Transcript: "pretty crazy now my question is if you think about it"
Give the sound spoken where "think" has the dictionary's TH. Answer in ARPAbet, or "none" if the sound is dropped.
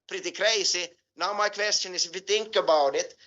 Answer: T